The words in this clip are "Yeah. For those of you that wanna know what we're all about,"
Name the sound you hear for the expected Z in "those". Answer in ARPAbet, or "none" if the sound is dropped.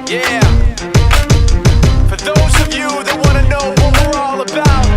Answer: Z